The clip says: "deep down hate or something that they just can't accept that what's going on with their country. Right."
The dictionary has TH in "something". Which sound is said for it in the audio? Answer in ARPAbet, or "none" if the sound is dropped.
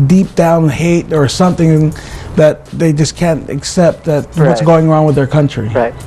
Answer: TH